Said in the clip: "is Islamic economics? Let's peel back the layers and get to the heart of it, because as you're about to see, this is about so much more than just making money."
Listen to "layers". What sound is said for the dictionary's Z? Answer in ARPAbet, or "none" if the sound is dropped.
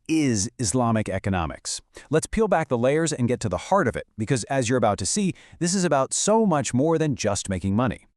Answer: Z